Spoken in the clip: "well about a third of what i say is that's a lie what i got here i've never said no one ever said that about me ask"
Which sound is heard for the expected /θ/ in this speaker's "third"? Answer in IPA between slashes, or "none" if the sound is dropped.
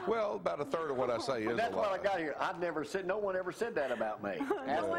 /θ/